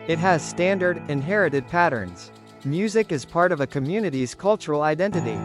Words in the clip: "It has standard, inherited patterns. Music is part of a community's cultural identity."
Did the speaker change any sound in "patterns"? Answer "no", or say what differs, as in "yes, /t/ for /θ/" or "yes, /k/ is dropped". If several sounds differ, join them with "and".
no